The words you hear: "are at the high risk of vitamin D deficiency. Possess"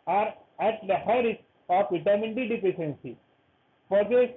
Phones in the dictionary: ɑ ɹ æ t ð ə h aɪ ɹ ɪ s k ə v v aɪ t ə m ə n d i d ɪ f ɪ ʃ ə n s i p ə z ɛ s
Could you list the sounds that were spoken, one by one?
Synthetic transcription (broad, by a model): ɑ ɹ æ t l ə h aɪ ɹ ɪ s ə f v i t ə m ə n d i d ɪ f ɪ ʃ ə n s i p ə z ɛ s